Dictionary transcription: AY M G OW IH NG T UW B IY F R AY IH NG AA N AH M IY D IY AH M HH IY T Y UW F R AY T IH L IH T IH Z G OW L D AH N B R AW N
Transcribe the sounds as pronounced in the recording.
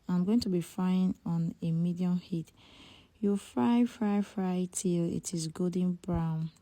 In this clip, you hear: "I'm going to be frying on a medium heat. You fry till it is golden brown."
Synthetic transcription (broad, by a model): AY M G OW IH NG T UW B IY F R AY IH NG AA N AH M IY D IY AH M HH IY T Y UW F R AY T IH L IH T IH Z G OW D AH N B R AW N